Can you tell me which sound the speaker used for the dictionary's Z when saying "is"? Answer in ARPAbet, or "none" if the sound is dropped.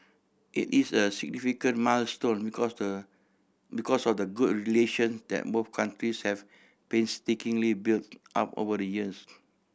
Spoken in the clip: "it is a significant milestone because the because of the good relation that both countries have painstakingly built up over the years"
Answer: S